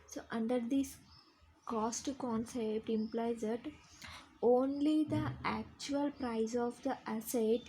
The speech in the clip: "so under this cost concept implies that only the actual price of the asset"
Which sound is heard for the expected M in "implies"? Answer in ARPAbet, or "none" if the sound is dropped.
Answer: M